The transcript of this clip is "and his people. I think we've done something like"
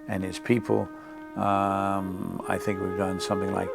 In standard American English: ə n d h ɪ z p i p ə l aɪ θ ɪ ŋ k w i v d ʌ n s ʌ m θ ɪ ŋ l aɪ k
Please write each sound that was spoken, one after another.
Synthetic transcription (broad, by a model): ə n ɪ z p i p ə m aɪ θ ɪ ŋ k w i v d ʌ n s ʌ m θ ɪ ŋ l aɪ k